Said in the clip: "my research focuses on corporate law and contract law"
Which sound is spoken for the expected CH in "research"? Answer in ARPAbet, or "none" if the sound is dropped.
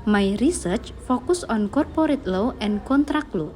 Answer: CH